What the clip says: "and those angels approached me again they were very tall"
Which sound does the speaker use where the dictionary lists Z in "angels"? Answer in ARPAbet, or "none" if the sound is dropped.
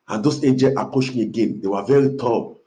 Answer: none